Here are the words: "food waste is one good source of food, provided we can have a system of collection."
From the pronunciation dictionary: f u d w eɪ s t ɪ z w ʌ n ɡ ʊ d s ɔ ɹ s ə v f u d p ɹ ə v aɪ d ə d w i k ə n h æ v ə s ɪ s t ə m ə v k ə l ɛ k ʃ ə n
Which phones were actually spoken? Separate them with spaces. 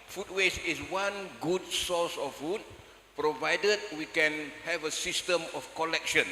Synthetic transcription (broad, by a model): f u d w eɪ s ɪ s w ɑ n ɡ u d s ɔ s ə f u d p ɹ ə v aɪ d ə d w i k ə n h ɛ v ə s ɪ s t ə m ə f k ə l ɛ k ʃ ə n